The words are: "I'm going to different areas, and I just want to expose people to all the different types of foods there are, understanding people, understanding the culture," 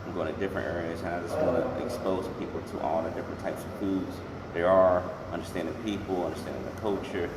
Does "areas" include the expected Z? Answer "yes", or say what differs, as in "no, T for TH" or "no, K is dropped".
yes